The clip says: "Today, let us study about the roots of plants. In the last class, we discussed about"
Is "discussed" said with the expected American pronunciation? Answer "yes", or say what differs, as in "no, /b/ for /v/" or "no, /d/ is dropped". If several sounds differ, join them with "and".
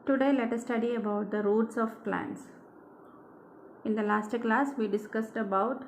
yes